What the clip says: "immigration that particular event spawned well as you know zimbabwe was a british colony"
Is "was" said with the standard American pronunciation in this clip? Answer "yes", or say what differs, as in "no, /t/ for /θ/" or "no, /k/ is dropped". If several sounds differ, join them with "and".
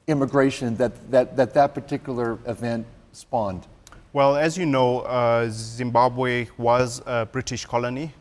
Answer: yes